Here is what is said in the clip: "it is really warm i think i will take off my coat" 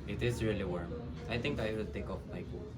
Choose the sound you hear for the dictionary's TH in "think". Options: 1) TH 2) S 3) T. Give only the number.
3